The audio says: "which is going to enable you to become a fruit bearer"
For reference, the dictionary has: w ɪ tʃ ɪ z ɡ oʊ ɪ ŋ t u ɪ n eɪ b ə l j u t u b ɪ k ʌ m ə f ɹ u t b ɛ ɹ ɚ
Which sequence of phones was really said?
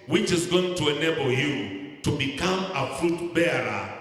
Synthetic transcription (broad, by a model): w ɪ tʃ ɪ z ɡ oʊ ɪ ŋ t u ɪ n eɪ b ə l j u t u b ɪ k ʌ m ə f ɹ u t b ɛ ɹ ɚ